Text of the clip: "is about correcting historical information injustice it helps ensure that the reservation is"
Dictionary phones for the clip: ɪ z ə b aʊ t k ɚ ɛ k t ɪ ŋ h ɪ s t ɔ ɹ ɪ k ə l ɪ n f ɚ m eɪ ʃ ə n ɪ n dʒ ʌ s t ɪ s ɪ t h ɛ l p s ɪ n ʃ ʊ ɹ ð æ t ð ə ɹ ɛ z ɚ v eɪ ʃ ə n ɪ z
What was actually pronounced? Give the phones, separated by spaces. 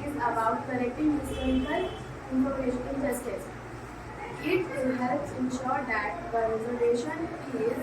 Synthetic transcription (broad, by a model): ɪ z ə b aʊ t k ɚ ɛ k t ɪ ŋ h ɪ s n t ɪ ə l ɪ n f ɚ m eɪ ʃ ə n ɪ l dʒ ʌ s t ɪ s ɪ t h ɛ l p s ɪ n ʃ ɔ ɹ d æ t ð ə ɹ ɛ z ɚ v eɪ ʃ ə n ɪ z